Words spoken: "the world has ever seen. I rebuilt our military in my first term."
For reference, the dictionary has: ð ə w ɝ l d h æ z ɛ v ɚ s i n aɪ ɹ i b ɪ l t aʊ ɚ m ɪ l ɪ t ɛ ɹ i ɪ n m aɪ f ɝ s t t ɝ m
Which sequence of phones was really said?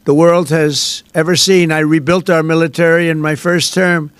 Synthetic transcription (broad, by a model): ð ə w ɝ l d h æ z ɛ v ɚ s i n aɪ ɹ i b ɪ l t aʊ ɚ m ɪ l ɪ t ɛ ɹ i ɪ n m aɪ f ɝ s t t ɝ m